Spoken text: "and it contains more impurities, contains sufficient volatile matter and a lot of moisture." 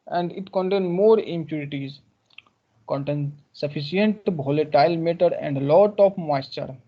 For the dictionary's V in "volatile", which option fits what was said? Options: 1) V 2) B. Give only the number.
2